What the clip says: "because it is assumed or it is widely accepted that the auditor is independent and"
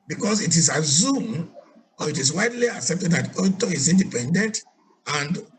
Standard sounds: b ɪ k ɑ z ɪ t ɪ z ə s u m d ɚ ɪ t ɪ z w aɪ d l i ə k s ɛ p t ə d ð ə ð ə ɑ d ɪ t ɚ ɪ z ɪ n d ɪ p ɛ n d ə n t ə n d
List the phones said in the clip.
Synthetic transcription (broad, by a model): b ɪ k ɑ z ɪ t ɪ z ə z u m ɔ ɪ t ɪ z w aɪ d l i ə k s ɛ p t ə d ð ə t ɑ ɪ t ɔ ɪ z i n d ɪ p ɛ n d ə n t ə n d